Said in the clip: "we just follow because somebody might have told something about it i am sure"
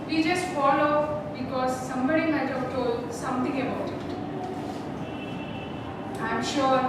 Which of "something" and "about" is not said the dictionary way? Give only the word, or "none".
something